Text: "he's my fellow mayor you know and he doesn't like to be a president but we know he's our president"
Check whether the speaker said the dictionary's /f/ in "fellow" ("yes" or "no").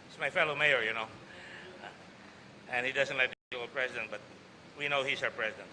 yes